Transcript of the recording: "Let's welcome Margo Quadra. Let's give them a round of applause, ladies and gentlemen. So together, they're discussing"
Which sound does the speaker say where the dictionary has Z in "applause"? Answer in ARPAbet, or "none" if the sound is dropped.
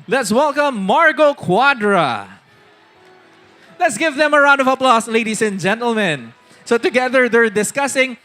S